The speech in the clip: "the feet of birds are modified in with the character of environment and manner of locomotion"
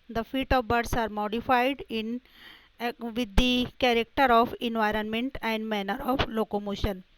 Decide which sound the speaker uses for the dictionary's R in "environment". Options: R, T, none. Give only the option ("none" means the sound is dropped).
R